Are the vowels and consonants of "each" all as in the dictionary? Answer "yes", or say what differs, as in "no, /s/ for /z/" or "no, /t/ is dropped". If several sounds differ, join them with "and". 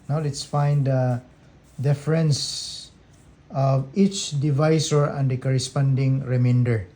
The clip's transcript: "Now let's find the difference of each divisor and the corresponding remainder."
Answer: yes